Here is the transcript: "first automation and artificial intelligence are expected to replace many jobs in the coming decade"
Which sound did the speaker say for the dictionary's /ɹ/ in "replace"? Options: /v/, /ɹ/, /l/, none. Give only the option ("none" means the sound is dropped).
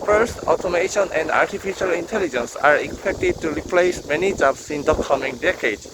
/ɹ/